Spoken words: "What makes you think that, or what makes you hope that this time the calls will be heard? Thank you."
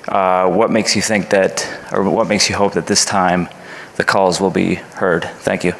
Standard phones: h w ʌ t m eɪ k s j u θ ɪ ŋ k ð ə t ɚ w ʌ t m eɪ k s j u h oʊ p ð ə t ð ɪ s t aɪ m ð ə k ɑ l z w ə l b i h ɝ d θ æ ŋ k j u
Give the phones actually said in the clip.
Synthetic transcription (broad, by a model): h w ʌ t m eɪ k s j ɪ θ ɪ ŋ k ð ə t ɚ w ʌ t m eɪ k s j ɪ h oʊ p ð ə t ð ɪ s t aɪ m ð ə k ɑ l z w ə l b i h ɝ d θ æ ŋ k j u